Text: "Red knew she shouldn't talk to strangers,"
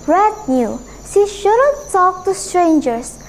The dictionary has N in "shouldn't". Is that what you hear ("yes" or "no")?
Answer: no